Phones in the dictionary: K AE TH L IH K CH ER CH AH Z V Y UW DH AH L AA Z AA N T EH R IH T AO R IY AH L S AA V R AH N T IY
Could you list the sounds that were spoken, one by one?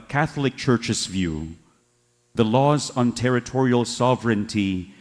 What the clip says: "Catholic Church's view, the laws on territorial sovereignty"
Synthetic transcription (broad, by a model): K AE TH L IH K CH ER CH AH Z V Y UW DH AH L AA Z N T EH R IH T AO R IY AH L S AA V R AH N T IY